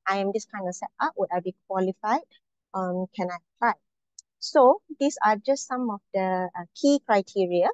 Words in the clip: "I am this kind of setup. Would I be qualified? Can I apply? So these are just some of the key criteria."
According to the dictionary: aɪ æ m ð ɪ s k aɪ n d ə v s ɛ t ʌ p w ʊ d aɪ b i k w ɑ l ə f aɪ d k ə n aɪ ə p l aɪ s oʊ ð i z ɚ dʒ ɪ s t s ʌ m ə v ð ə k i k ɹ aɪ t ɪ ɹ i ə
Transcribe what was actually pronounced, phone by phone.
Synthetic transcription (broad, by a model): aɪ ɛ m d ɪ s k aɪ n d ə s ɛ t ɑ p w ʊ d aɪ b i k w ɑ l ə f aɪ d k ə n aɪ ə p l aɪ s oʊ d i s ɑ dʒ ɪ s t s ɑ m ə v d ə k i k ɹ aɪ t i ɹ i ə